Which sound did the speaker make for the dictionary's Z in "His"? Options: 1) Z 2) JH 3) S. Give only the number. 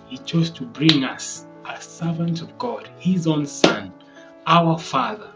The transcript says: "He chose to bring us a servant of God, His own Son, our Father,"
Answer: 1